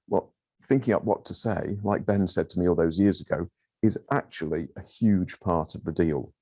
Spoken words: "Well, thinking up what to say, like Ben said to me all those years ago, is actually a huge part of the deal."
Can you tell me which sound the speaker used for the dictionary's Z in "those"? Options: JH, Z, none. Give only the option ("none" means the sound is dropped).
Z